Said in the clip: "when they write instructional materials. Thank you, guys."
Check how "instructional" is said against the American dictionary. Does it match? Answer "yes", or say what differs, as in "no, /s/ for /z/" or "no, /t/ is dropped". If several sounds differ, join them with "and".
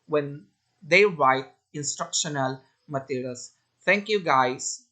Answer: yes